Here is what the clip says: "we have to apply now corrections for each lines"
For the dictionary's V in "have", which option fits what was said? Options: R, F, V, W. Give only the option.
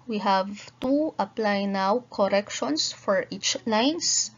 V